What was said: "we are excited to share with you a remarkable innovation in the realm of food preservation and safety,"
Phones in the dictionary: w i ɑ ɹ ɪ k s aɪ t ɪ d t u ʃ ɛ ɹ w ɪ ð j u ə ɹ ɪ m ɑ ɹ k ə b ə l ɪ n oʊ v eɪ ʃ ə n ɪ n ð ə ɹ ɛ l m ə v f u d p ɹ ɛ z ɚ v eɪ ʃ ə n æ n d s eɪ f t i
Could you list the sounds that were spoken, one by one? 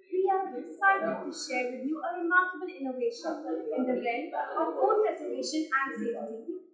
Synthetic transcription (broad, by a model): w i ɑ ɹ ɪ s aɪ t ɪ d t u ʃ ɛ ɹ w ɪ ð j u ə ɹ ɪ m ɑ ɹ k ə b ə l ɪ n oʊ v eɪ ʃ ə n ɪ n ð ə l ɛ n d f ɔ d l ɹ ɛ s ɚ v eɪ ʃ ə n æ n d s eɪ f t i